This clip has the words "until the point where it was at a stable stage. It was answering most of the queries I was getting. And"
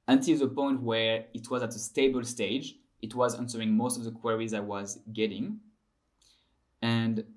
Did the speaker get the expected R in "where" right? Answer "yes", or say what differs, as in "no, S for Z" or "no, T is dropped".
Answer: yes